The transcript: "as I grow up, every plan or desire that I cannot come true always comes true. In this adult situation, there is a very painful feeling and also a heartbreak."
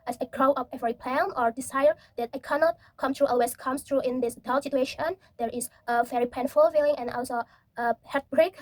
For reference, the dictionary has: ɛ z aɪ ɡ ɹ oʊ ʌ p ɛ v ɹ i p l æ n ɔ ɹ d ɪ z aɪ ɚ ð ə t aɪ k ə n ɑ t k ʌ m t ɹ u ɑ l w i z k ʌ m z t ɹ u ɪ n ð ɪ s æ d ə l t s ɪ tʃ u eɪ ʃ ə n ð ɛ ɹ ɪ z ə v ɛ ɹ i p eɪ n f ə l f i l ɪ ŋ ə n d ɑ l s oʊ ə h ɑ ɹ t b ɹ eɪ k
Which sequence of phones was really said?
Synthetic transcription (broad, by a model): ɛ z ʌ ɡ ɹ oʊ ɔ f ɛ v ɹ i p l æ n ɔ ɹ d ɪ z aɪ ɚ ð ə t aɪ k ə n ɑ t k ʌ m t ɹ u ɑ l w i s k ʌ m s t ɹ u ɪ n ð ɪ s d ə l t s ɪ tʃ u eɪ ʃ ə n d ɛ ɹ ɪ s ə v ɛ ɹ i p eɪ n f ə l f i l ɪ ŋ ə n ɑ l s oʊ ə h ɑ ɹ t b ɹ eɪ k